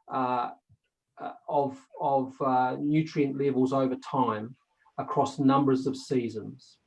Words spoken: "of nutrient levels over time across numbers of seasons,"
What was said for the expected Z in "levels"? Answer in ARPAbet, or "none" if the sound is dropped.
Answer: Z